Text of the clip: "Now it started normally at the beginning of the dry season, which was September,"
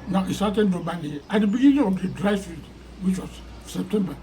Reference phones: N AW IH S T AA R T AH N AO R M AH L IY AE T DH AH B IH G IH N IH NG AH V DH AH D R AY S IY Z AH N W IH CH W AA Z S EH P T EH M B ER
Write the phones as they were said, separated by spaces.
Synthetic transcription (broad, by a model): N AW IH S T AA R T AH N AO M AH N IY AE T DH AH B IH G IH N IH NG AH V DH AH D R AY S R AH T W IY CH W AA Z S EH P T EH M B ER